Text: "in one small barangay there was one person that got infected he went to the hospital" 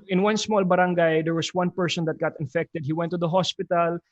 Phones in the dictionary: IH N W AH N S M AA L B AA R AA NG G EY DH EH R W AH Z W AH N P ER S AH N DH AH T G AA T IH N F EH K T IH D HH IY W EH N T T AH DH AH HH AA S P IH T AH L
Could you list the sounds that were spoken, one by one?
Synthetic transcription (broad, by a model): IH N W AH N S M AA L B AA R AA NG G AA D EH R W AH S W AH N P ER S AH N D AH T G AA T IH N F EH K T IH D HH IY W EH N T T AH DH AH HH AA S P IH T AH L